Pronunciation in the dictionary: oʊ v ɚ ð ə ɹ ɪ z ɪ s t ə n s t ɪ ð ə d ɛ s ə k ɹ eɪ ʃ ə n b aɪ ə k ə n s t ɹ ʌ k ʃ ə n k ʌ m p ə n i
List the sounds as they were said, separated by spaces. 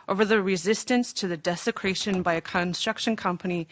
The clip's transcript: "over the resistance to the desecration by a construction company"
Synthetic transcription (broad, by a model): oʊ v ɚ ð ə ɹ ɪ z ɪ s t ə n s t ɪ ð ə d ɛ s ə k ɹ eɪ ʃ ə n b aɪ ə k ə n s t ɹ ʌ k ʃ ə n k ʌ m p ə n i